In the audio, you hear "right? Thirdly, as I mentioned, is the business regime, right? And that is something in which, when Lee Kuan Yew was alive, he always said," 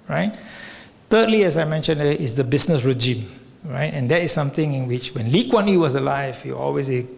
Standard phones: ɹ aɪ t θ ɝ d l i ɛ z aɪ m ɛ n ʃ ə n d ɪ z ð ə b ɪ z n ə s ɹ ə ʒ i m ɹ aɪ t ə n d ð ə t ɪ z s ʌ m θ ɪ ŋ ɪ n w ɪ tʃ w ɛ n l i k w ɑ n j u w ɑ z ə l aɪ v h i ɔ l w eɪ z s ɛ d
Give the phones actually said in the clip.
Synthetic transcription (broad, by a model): ɹ aɪ t t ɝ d l i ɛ s aɪ m ɛ n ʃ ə n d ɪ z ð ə b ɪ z n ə s ɹ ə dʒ i m ɹ aɪ t ə n d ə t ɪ s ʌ m t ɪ ŋ ɪ n w ɪ tʃ w ɛ n l i k w ɑ n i w ɑ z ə l aɪ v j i ɔ l w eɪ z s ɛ